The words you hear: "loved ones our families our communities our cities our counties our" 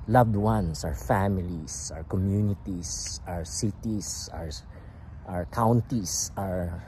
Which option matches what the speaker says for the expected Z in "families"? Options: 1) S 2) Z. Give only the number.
1